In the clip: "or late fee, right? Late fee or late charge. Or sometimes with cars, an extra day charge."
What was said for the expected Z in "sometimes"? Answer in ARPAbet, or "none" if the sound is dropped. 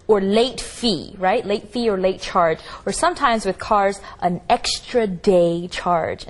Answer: Z